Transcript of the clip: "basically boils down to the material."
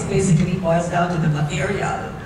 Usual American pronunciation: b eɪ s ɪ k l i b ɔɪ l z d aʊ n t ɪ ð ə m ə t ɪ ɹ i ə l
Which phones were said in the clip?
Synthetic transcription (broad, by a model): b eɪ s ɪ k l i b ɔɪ z d aʊ n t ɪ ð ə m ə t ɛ ɹ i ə